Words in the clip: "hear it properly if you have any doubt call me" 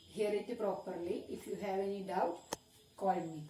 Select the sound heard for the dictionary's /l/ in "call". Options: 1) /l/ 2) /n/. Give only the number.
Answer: 2